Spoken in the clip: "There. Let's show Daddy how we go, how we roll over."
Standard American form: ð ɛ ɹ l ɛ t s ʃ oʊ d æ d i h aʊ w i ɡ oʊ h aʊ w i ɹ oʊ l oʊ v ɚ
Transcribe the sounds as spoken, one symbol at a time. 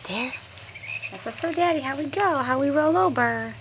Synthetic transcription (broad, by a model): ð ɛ ɹ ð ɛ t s s oʊ d æ d i h aʊ w i ɡ oʊ h aʊ w i ɹ oʊ l oʊ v ɚ